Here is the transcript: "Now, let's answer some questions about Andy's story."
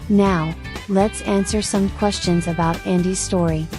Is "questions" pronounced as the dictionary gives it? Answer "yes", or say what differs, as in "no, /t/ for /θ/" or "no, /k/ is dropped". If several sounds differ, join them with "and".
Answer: yes